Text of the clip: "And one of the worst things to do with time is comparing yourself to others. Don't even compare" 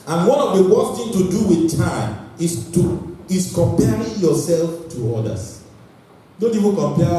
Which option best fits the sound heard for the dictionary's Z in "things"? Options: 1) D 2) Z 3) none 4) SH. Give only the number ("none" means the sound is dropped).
3